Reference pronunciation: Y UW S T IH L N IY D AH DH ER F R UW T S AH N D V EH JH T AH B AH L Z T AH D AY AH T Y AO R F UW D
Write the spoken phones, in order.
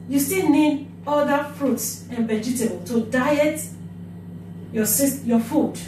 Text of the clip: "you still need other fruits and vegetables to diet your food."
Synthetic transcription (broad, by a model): Y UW S T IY L N IY D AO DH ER F R UW T S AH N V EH JH T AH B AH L T AH D AY AH T Y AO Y F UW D